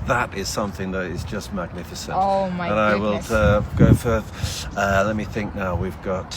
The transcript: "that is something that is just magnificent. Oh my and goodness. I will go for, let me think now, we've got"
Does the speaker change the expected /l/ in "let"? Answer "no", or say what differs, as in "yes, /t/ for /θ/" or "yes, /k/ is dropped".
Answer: no